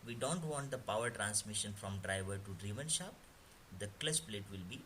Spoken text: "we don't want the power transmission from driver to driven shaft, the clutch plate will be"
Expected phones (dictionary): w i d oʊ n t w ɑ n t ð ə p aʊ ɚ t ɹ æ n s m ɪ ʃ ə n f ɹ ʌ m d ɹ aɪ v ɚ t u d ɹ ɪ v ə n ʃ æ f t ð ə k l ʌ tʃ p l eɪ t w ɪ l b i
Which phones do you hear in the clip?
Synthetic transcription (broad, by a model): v i d oʊ n t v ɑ n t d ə p aʊ ɚ t ɹ æ n s m ɪ ʃ ə n f ɹ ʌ m d ɹ aɪ v ɚ t u d ɹ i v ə n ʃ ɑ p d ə k l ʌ s p l eɪ t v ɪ l b i